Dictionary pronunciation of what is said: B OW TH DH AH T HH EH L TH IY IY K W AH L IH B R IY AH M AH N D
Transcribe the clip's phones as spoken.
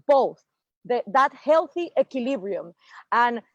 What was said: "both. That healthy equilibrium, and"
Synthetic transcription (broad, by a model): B OW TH DH AH T HH EH L TH IY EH K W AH L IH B R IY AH M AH N